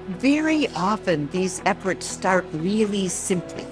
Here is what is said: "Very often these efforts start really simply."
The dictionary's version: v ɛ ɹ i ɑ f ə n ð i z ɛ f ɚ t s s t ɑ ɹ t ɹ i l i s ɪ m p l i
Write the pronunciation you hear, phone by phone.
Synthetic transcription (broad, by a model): v ɛ ɹ i ɑ f ə n ð i z ɛ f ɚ t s s t ɑ ɹ t ɹ i l i s ɪ m p l i